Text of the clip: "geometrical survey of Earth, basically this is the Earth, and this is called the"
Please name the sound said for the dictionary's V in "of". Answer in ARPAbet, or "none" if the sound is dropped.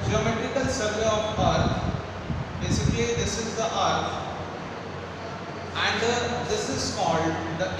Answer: P